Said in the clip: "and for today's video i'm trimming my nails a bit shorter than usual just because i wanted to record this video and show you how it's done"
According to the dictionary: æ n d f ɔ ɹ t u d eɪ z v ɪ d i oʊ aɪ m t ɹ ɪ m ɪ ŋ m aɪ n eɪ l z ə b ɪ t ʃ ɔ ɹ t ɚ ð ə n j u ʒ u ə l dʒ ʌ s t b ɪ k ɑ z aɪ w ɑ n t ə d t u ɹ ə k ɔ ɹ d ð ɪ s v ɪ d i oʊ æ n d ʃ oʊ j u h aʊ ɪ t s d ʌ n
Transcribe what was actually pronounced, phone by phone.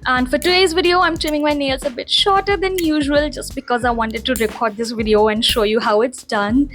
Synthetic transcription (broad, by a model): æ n d f ɔ ɹ t u d eɪ z v ɪ d i oʊ aɪ m t ɹ ɪ m ɪ ŋ m aɪ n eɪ l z ə b ɪ t ʃ ɔ ɹ t ɚ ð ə n j u ʒ u ə l dʒ ʌ s t b ɪ k ɑ z aɪ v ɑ n t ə d t u ɹ ə k ɔ ɹ d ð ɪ s v ɪ d i oʊ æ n d ʃ oʊ j u h aʊ ɪ t s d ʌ n